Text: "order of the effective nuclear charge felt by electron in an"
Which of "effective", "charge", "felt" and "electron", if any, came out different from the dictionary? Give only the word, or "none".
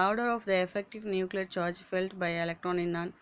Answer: none